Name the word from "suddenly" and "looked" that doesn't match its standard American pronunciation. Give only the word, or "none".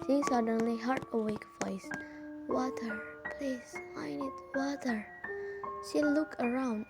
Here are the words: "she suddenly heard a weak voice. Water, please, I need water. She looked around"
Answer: looked